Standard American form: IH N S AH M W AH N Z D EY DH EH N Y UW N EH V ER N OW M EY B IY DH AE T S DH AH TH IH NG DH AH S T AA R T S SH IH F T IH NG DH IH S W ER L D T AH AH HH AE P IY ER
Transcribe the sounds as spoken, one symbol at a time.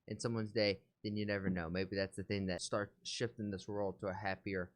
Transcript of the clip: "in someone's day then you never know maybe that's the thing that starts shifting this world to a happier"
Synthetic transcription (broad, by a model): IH N S AH M W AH N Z D EY DH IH N Y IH N EH V ER N OW M EY B IY DH AE T S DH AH TH IH NG DH AH S T AA R T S SH IH F T IH NG DH IH S W ER L D T AH AH HH AE P IY ER